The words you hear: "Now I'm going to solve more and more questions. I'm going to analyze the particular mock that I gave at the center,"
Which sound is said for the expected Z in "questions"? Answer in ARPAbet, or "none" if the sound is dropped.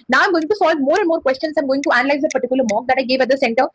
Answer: S